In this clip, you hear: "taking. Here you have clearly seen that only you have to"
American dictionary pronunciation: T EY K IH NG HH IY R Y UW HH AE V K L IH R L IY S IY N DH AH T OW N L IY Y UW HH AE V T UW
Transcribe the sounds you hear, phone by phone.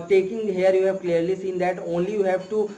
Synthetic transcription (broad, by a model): T EY K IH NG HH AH R Y UW HH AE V K L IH R L IY S IY N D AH T OW N L IY Y UW HH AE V T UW